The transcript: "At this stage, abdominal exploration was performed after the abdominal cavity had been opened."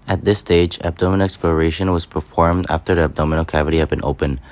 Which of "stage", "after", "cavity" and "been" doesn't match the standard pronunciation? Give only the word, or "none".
none